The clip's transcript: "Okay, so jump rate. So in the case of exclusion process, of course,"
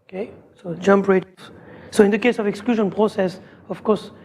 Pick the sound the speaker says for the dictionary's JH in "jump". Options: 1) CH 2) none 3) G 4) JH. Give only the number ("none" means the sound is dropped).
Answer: 4